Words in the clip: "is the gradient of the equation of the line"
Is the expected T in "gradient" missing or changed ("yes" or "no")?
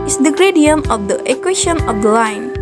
yes